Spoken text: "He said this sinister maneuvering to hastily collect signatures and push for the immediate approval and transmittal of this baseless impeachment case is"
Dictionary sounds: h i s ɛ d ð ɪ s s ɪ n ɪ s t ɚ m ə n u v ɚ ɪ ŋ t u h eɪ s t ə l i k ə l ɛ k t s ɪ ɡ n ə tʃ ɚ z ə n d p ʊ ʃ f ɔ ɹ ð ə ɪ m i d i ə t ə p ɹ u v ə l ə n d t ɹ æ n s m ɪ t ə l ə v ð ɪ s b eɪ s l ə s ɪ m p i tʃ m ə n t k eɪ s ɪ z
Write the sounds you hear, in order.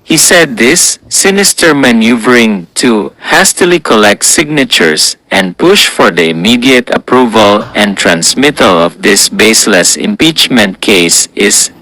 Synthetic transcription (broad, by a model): h i s ɛ d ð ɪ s s ɪ n ɪ s t ɚ m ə n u v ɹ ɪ ŋ t u h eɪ s t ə l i k ə l ɛ k t s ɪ ɡ n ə tʃ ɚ s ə n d p ʊ ʃ f ɔ ɹ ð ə ɪ m i d i ə t ə p ɹ u v ə l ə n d t ɹ æ n s m ɪ t ə l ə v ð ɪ s b eɪ s l ə s ɪ m p i tʃ m ə n t k eɪ s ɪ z